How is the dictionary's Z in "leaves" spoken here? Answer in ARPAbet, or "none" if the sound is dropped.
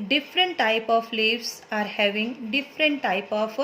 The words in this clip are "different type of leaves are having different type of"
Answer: S